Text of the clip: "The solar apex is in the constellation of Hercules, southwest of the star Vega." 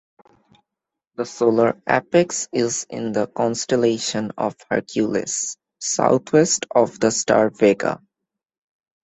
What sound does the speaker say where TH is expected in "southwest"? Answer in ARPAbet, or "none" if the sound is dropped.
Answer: T